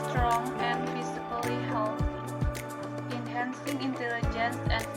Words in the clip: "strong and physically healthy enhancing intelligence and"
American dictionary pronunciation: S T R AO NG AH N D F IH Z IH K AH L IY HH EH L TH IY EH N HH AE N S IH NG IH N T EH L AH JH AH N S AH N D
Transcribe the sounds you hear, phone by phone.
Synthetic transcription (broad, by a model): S T R AO NG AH N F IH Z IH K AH L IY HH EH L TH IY N HH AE N S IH NG IH N T EH L AH JH AH N S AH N